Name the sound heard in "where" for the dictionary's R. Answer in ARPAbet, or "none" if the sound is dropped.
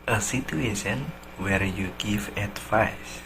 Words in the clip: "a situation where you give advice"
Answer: R